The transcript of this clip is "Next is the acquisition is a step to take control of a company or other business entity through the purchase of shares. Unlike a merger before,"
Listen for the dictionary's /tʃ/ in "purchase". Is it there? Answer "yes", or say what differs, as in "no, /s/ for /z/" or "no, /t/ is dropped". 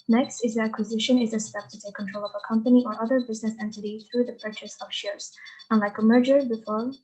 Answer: yes